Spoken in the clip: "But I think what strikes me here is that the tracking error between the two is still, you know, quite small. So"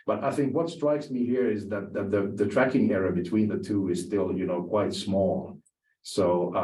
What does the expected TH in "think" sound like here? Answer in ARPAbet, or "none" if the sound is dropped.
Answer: TH